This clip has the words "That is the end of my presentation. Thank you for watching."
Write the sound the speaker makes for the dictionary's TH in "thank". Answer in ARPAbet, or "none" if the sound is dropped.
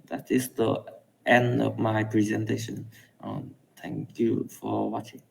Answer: T